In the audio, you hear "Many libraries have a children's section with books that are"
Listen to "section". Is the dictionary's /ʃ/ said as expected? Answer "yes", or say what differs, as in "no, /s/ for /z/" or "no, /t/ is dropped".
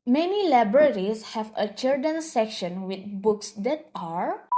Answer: yes